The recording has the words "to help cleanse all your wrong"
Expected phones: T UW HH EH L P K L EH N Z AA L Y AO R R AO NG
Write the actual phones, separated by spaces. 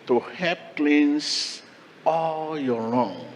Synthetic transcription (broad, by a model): T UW HH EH P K L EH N S AA L Y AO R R AO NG